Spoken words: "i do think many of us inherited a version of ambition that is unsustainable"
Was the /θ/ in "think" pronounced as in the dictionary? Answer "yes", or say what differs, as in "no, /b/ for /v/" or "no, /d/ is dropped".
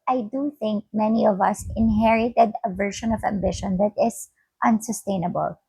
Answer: yes